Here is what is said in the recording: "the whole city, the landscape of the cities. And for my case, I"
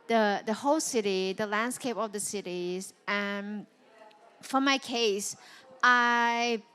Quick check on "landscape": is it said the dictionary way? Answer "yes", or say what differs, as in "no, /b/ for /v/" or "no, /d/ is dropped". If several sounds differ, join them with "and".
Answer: yes